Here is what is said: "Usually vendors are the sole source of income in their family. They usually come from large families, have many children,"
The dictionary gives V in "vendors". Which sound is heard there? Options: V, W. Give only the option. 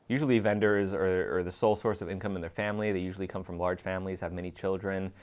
V